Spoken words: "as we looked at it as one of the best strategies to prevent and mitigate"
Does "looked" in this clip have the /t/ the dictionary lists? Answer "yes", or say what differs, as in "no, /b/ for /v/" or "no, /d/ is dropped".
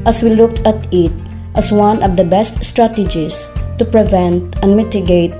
yes